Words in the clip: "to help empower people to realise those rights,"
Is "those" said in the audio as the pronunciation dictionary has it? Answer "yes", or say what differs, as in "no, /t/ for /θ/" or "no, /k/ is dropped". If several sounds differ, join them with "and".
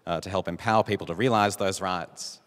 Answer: yes